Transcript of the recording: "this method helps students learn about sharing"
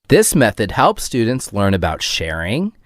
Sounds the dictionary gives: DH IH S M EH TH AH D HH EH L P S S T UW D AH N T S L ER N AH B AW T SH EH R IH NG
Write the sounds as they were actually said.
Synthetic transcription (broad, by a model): DH IH S M EH TH AH D HH EH L P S S T UW D N T S L ER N AH B AW T SH EH R IH NG